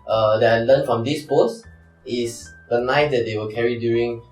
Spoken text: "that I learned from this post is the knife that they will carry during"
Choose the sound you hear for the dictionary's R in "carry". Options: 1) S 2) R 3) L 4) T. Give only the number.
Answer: 2